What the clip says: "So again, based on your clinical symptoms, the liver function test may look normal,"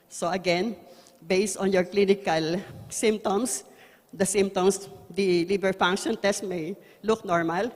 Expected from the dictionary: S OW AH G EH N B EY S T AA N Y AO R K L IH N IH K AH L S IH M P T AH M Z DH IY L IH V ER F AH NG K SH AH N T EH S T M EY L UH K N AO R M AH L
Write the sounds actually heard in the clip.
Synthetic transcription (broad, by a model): S OW AH G EH N B EY S T AA N Y AO R K L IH N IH K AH L S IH M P T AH M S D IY L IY B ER F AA NG K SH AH N T EH S T M EY L UH K N AO R M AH L